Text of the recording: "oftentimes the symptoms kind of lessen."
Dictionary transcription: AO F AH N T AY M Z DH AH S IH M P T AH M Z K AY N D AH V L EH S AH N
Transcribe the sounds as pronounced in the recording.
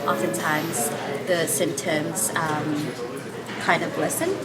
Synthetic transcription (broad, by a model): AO F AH N T AY M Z DH AH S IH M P T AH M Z K AY N D AH V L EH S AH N